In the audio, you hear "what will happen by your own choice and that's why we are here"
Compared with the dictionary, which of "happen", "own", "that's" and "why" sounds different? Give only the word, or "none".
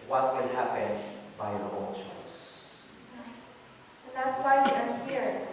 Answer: own